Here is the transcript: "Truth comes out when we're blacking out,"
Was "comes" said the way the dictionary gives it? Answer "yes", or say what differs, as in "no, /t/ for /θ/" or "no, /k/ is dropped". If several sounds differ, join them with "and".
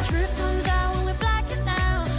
yes